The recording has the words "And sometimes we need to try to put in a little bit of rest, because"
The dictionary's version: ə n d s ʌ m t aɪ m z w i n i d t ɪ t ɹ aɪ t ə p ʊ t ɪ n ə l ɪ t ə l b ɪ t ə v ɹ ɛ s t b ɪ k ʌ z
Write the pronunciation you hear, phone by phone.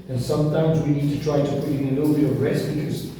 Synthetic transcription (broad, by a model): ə n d s ʌ m t aɪ m z w i n i d t ɪ t ɹ aɪ t ə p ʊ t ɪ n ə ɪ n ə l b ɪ ə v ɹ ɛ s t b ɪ k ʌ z